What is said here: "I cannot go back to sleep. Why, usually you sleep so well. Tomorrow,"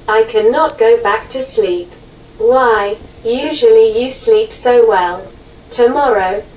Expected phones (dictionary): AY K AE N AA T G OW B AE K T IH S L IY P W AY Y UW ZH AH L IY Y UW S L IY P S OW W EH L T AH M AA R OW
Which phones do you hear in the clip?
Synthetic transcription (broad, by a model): AY K AE N AA T G OW B AE K T IH S L IY P W AY Y UW ZH AH L IY Y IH S L IY P S OW W EH L T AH M AA R OW